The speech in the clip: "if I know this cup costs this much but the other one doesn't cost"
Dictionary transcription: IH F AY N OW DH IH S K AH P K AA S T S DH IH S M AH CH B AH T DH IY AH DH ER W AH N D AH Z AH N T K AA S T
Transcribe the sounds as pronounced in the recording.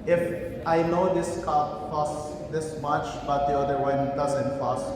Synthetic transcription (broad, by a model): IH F AY N OW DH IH S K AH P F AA S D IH S M AH CH B AH T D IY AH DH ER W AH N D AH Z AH N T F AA S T